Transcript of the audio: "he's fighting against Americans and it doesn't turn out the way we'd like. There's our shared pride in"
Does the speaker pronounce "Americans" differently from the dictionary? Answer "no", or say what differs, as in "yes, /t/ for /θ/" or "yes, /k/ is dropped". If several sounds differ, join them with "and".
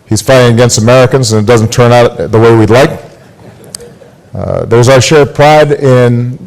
no